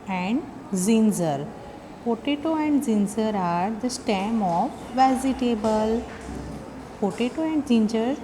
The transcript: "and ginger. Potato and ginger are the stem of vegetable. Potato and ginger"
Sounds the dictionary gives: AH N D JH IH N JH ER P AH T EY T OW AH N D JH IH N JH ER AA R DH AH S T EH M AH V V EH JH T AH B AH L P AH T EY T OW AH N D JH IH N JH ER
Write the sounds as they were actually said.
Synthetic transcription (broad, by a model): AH N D Z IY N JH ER P AH T EY T OW AH N D Z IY N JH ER AA R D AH S T EH M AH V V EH Z T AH B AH L P AH T EY T OW AH N D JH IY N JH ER